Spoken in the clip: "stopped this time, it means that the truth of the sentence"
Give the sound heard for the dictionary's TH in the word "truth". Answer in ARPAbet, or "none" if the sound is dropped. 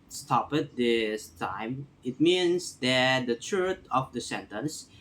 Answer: T